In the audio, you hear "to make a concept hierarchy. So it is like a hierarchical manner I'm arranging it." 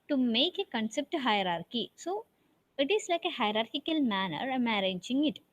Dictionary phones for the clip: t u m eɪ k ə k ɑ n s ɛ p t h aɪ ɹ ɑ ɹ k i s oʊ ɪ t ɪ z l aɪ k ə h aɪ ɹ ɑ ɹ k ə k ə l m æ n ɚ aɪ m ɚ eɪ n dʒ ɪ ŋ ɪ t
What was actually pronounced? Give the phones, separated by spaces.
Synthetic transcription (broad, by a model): t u m eɪ k ə k ɑ n s ɛ p t h aɪ ɹ ɑ ɹ k i s oʊ ɪ t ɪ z l aɪ k ə h aɪ ɹ ɑ ɹ k ə k ə l m æ n ɚ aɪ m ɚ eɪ dʒ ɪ ŋ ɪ t